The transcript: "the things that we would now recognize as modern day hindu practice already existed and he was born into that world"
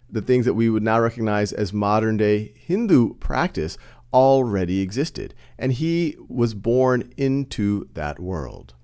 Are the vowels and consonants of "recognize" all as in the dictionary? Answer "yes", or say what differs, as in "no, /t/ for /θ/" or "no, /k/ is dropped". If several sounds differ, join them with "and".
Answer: yes